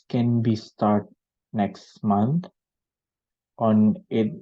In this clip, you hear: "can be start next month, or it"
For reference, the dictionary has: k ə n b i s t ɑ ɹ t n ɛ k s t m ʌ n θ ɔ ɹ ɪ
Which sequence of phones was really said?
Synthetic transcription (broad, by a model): k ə n b i s t ɑ ɹ t n ɛ k s t m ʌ n t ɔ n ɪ